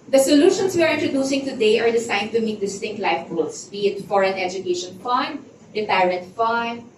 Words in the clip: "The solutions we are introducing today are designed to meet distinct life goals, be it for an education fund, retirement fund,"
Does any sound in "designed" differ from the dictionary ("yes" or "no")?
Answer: yes